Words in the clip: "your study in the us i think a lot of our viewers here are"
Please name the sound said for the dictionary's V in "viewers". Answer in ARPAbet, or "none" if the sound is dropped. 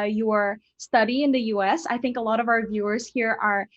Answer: V